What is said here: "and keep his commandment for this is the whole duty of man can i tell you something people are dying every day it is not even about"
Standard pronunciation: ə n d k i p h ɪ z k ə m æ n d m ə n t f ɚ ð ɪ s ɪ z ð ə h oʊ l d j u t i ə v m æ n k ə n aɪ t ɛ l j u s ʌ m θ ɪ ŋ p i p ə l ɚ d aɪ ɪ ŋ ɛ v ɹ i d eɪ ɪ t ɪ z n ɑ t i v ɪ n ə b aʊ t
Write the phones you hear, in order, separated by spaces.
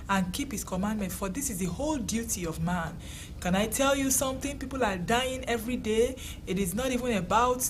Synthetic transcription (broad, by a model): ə n k i p h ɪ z k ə m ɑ n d m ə n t f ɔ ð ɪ s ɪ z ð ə h oʊ l d j u t i ə v m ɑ n k ə n aɪ t ɛ l j u s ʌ m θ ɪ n p i p ə l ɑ d aɪ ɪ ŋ ɛ v ɹ i d eɪ ɪ t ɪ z n ɑ t i v ɪ n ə b aʊ t